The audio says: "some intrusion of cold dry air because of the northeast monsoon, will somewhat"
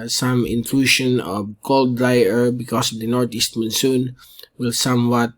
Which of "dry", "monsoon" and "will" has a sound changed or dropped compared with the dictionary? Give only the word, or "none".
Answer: none